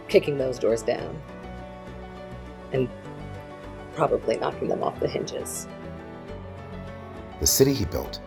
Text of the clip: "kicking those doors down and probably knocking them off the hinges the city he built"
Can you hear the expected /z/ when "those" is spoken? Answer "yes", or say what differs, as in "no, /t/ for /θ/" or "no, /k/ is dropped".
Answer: yes